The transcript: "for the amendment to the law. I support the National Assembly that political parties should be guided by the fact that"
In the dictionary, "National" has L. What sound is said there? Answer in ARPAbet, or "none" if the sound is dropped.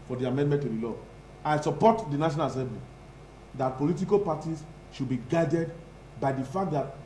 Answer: N